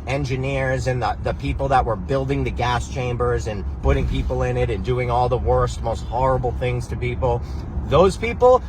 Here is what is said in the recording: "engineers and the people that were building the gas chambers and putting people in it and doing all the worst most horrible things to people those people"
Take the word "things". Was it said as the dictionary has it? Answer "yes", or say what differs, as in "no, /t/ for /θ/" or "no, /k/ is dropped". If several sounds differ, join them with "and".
yes